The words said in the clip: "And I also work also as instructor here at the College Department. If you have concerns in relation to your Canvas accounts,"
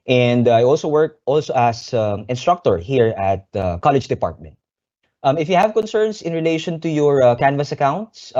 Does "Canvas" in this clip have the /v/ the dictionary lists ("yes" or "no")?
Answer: yes